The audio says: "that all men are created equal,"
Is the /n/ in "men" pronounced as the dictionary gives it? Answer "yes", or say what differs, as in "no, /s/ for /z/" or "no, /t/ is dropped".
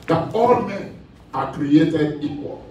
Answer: no, /n/ is dropped